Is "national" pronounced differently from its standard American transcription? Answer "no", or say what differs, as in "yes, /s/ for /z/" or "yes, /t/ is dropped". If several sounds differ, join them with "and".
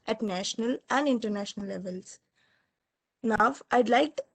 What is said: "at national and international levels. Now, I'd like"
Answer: no